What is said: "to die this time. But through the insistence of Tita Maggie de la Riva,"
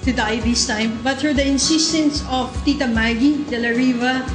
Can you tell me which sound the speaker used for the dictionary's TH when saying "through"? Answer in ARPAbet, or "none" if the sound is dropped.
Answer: T